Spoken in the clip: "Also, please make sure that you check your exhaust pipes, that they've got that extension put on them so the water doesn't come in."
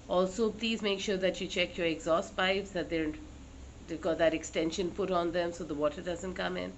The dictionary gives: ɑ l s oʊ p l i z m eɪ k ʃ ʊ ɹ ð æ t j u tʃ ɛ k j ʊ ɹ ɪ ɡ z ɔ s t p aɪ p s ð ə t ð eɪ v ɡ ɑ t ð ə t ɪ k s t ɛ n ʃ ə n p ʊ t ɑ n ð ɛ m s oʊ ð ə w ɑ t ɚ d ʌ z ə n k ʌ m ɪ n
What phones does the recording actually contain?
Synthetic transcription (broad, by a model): ɑ l s oʊ p l i z m eɪ k ʃ ʊ ɹ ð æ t j u tʃ ɛ k j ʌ ɹ ɪ ɡ z ɔ s t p aɪ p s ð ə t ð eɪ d ɡ ɑ t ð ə t ɪ k s t ɛ n ʃ ə n p ʊ t ɑ n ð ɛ m s oʊ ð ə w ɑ t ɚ d ʌ z ə n k ʌ m ɪ n